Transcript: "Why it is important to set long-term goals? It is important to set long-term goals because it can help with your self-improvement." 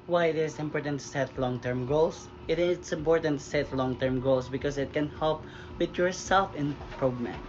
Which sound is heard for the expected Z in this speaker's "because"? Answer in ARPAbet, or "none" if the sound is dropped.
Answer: S